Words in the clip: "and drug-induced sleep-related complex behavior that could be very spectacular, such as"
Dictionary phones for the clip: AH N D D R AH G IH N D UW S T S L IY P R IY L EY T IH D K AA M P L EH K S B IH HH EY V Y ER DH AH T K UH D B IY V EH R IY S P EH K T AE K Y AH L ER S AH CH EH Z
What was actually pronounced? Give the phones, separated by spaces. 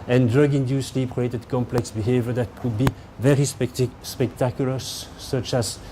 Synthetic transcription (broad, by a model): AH N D D R AH G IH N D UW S S L IY P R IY EY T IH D K AA M P L EH K S B IH HH EY V Y ER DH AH T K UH D B IY V EH R IY S P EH K T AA K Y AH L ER S AH CH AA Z